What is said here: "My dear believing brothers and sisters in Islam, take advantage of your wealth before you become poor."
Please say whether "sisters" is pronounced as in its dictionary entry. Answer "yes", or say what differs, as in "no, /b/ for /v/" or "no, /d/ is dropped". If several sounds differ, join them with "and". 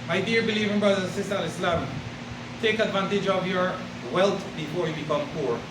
no, /z/ is dropped